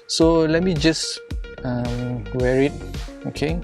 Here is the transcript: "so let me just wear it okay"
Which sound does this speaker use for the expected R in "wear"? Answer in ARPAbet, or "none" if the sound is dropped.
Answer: R